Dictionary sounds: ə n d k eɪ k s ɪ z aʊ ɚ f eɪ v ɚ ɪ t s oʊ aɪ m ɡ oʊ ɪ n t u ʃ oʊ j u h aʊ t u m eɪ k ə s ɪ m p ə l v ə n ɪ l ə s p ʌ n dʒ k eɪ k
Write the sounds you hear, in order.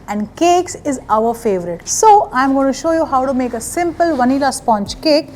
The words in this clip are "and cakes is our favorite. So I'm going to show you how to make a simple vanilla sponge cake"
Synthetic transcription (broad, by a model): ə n d k eɪ k s ɪ z aʊ ɚ f eɪ v ɚ ɪ t s oʊ aɪ m ɡ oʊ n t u ʃ oʊ j u h aʊ t u m eɪ k ə s ɪ m p ə l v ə n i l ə s p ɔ n tʃ k eɪ k